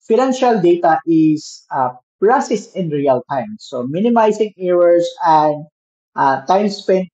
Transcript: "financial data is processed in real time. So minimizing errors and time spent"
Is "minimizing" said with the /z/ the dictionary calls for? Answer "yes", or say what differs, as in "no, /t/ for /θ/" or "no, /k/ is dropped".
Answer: no, /s/ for /z/